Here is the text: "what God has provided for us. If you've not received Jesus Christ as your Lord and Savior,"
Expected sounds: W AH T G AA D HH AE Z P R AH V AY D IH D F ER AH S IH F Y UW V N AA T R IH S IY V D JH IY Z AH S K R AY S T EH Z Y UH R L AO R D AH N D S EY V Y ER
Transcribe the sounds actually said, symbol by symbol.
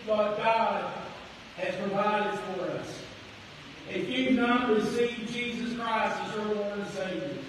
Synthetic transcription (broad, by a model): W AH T G AA D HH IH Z P R AH V AY D IH D F ER AH S IH F Y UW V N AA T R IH S IY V JH IY Z AH S K R AY S T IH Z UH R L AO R AH S EY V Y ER